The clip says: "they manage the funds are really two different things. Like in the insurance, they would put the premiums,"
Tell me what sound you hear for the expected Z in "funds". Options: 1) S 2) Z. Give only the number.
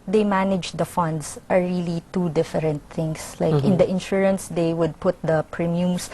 1